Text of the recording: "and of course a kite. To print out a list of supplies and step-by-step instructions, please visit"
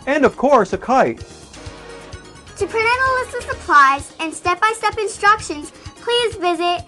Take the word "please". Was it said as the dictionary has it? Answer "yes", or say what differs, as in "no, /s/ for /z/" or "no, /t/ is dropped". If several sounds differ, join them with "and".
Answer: yes